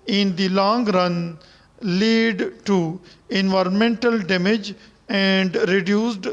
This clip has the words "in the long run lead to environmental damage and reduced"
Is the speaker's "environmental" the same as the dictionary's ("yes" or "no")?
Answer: yes